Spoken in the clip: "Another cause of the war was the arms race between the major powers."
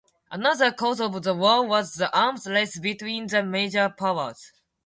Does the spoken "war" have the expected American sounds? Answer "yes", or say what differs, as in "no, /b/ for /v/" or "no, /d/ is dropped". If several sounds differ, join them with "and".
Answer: no, /l/ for /ɹ/